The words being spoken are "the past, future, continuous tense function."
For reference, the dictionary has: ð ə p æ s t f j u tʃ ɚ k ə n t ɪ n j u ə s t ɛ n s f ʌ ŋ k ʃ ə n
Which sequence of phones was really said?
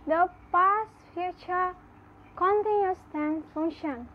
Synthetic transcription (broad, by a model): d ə p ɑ s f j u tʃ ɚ k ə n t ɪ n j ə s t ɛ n f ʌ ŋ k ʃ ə n